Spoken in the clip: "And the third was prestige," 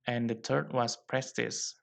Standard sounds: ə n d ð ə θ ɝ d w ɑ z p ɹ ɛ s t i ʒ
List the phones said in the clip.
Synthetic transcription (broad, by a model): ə n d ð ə t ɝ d w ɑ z p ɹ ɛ s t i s